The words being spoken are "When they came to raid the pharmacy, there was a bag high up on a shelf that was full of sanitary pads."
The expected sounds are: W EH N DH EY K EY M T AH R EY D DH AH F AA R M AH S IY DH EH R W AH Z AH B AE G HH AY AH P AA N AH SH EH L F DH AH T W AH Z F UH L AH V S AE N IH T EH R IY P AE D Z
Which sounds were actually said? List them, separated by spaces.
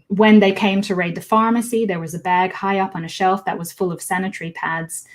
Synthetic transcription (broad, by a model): W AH N DH EY K EY M T AH R EY D DH AH F AA R M AH S IY DH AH R W AH Z AH B AE G HH AY AH P N AH SH EH L F DH AH T W AH Z F UH L AH V S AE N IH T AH R IY P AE D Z